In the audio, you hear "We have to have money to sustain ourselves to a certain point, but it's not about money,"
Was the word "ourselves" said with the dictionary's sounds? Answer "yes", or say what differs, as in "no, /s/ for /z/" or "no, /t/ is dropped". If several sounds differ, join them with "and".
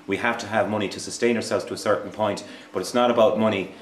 yes